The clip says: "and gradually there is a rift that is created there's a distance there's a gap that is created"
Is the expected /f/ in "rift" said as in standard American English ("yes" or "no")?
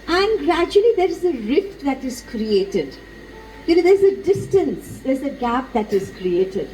yes